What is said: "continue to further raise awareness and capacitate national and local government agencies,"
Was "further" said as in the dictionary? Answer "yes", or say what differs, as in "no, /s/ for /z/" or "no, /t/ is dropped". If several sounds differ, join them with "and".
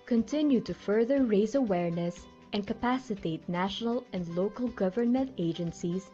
yes